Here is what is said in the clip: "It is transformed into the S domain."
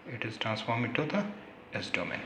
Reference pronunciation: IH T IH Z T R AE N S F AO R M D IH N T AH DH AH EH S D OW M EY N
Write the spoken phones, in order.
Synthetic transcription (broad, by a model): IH T IH Z T R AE N S F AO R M IH T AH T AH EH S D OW M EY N